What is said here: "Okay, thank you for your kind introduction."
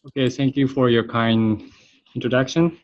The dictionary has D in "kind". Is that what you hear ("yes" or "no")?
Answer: no